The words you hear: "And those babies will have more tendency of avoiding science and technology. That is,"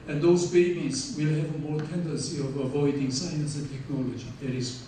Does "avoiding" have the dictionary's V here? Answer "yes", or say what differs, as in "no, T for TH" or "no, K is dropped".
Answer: yes